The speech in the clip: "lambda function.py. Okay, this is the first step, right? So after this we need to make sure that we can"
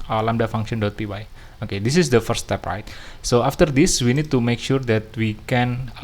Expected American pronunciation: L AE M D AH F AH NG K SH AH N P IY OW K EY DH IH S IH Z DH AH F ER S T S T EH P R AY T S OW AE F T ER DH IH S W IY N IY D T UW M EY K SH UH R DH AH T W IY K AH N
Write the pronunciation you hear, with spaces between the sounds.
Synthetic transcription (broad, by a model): L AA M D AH F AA NG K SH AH N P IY OW K EY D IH S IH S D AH F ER T S T EH P R AY T S OW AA F T ER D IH S W IY N IY D T UW M EY K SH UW R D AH T W IY K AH N